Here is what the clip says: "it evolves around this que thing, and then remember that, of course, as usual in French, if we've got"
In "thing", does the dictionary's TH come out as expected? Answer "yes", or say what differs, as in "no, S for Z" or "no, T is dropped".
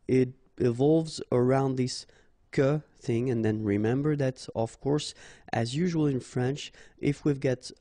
yes